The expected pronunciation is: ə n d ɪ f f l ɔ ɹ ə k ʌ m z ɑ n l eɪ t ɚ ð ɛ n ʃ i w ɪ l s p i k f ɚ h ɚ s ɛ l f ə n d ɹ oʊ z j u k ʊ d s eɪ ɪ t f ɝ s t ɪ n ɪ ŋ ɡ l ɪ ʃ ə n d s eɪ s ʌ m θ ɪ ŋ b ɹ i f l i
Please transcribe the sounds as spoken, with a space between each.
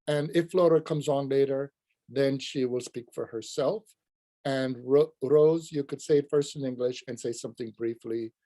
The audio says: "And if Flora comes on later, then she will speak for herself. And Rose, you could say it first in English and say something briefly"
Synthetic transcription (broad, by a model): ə n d ɪ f f l ɔ ɹ ə k ʌ m z n l eɪ t ɚ ð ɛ n ʃ i w ɪ l s p i k f ɚ h ɚ s ɛ l f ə n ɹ ɹ oʊ z j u k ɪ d s eɪ ɪ t f ɝ s t ɪ n ɪ ŋ ɡ l ɪ ʃ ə n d s eɪ s ʌ m θ ɪ ŋ b ɹ i f l i